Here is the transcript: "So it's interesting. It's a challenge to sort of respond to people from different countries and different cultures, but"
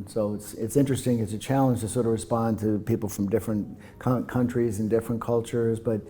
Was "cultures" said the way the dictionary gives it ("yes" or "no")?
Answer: yes